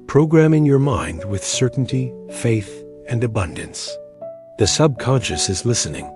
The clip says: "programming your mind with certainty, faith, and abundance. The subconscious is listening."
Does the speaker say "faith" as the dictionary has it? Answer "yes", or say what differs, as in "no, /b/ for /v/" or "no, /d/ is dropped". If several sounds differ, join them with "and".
yes